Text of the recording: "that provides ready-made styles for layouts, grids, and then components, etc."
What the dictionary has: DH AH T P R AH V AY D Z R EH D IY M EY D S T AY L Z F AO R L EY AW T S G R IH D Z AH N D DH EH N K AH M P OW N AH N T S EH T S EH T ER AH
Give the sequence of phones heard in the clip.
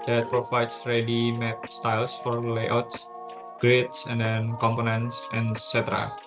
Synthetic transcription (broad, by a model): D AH T P R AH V AY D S R EH D IY M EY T S T AY L S F AO R L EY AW T S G R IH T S AH N D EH N K AH M P OW N AH N T S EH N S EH T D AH